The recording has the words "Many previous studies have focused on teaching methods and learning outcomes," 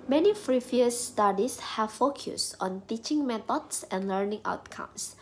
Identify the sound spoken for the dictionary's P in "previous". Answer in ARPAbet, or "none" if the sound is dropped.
F